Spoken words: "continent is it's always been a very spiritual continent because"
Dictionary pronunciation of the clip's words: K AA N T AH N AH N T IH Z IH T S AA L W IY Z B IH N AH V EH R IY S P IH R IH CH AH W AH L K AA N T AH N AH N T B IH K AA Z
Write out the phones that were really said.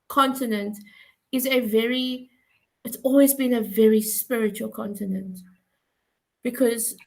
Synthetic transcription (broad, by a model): K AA N T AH N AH N T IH Z IH T S AA L W IY Z B IH N AH V EH R IY S P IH R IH CH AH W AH L K AA N T AH N AH N T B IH K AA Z